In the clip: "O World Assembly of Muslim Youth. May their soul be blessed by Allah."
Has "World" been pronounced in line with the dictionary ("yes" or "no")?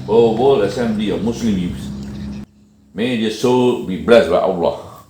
no